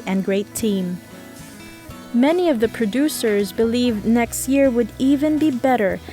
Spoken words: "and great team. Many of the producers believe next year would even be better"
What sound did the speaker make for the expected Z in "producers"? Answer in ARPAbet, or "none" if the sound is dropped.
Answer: Z